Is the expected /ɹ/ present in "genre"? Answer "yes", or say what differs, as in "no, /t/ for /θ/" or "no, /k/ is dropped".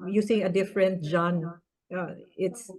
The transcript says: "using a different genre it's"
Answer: no, /ɹ/ is dropped